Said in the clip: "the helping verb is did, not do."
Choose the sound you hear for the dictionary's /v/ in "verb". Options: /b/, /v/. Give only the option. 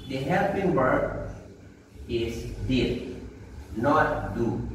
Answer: /b/